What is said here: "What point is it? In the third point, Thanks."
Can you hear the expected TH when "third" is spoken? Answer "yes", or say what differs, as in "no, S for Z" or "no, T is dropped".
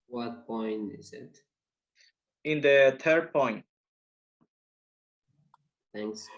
no, T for TH